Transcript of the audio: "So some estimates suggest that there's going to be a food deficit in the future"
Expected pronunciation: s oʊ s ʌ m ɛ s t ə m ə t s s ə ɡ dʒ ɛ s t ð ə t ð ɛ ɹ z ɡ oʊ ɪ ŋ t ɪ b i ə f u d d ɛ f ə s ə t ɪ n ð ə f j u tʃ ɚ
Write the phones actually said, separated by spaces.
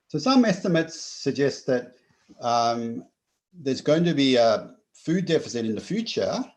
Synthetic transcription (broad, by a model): s oʊ s ʌ m ɛ s t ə m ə t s s ə ɡ dʒ ɛ s t ð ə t ð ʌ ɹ z ɡ oʊ ɪ ŋ t ɪ b i ə f u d d ɛ f ə s ə t ɪ n ð ə f j u tʃ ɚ